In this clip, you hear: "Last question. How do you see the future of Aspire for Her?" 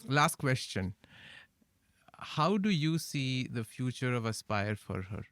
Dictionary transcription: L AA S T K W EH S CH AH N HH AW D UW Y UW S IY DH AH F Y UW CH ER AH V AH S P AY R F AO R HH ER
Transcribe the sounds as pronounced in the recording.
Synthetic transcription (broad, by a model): L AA S T K W EH S CH AH N HH AW D UW Y UW S IY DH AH F Y UW CH ER AH V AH S P AY R F AO R HH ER